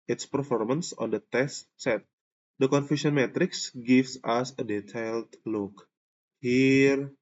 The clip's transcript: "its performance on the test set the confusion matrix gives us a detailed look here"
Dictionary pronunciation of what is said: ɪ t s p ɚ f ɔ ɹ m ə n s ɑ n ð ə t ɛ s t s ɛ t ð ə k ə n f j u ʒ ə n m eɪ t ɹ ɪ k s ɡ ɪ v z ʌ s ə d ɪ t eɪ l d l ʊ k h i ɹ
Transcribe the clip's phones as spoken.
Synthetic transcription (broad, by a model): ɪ t s p ɚ f ɔ ɹ m ə n s ɑ n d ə t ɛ s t s ɛ t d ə k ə n f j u s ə n m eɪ t ɹ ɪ k s ɡ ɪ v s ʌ s ə d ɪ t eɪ l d l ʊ k h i ɹ